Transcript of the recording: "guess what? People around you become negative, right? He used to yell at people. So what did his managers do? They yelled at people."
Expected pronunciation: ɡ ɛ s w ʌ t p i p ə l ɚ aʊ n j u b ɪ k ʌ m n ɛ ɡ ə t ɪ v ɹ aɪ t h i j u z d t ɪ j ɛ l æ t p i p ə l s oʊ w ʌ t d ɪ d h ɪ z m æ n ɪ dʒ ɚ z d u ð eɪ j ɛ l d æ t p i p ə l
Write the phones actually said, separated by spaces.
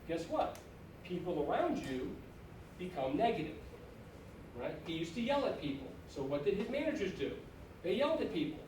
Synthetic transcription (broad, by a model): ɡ ɛ s w ʌ t p i p l ɚ aʊ n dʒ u b ɪ k ʌ m n ɛ ɡ ə t ɪ v ɹ aɪ t h i j u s t ɪ j ɛ l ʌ t p i p l s oʊ w ʌ t d ɪ d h ɪ z m æ n ɪ dʒ ɚ z d u ð eɪ j ɛ l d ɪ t p i p l